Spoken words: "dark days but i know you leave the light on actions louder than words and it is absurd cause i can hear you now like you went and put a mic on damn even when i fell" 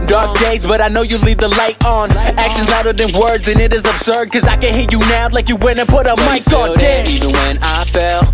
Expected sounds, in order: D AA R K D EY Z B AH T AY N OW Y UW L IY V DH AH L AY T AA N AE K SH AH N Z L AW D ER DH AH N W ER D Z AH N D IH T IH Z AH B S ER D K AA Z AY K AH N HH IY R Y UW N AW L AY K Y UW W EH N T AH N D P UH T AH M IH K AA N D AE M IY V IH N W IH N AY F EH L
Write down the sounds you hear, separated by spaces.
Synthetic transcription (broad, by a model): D AA R K D EY Z B AH T AY N OW Y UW L IY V DH AH L AY T N AE K SH AH N Z AW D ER DH AH N W ER D Z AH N IH T IH Z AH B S ER D K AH Z AY K AH N HH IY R Y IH N AW L AY K Y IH W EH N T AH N P UH T AH M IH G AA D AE IY V IH N W IH N AY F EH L